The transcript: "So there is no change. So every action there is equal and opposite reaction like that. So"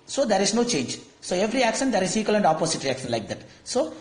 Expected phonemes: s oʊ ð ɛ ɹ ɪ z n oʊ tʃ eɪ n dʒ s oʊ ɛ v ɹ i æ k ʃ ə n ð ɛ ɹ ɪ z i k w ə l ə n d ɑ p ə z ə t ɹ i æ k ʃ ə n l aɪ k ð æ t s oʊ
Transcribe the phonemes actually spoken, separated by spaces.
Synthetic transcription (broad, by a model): s oʊ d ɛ ɹ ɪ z n oʊ tʃ eɪ n dʒ s oʊ ɛ v ɹ i æ k ʃ ə n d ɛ ɹ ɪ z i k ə l ə n d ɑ p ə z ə t ɹ i æ k ʃ ə n l aɪ k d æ t s oʊ